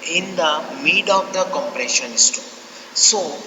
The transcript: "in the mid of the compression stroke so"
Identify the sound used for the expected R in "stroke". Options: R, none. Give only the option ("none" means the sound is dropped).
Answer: none